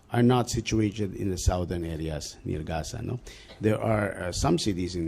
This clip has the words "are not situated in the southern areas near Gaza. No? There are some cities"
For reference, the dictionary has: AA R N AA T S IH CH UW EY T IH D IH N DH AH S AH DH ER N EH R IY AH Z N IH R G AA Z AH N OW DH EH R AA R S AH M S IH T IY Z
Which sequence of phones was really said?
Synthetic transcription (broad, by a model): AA R N AA T S IH CH UW EY T IH D IH N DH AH S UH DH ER N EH R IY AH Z N IH R G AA S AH N OW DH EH R AA R S AH M S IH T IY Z